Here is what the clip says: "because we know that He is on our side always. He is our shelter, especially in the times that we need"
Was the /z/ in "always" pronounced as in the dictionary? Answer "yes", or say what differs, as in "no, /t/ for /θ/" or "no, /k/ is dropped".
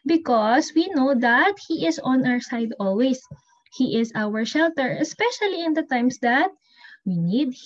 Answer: no, /s/ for /z/